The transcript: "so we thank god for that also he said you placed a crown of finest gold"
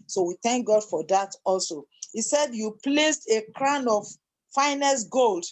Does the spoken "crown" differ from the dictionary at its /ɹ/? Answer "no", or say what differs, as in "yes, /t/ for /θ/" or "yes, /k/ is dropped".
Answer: no